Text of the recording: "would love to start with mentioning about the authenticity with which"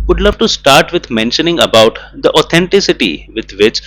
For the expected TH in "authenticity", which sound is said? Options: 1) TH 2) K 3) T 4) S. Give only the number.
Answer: 3